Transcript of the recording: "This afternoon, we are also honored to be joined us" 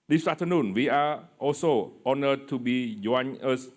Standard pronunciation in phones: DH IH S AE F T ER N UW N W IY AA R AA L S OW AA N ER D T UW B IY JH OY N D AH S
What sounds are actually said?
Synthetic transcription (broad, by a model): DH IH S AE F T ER N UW N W IY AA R AA L S OW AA N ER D T UW B IY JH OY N AH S